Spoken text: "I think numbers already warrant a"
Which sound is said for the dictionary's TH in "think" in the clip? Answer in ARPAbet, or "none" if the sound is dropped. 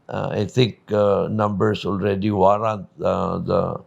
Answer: T